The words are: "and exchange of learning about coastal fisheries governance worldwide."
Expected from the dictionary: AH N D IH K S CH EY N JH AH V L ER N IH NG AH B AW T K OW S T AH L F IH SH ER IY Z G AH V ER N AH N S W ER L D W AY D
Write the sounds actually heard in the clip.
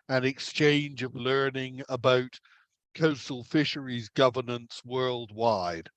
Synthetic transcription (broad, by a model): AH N IH K S CH EY N JH AH V L ER N IH NG AH B AW T K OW S T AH L F IH SH ER IY Z G AH V ER N AH N S W ER L D W AY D